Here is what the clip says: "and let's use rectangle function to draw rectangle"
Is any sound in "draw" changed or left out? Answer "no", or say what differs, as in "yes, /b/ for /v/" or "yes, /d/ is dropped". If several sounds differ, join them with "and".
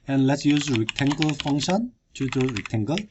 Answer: yes, /ɹ/ is dropped